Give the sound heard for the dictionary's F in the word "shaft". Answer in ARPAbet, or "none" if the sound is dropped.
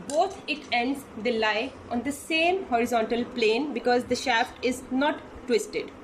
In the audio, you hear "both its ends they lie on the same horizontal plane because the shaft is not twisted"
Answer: F